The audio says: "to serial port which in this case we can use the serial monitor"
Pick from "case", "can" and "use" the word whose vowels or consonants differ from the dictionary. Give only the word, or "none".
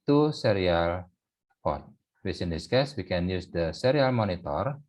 none